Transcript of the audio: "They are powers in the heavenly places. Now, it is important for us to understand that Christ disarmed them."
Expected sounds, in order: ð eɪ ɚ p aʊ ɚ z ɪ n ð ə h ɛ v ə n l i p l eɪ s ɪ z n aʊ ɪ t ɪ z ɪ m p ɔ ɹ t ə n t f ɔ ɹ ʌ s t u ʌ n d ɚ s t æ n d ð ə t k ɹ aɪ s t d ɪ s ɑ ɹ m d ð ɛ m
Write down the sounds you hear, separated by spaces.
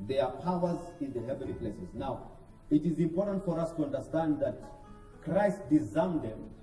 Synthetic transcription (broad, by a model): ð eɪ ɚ p aʊ ɚ z ɪ n ð ə h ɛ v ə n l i p l eɪ s ɪ z n aʊ ɪ t ɪ z ɪ m p ɔ ɹ t ə n t f ɔ ɹ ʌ s t u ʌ n d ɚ s t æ n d ð ə t k ɹ aɪ s t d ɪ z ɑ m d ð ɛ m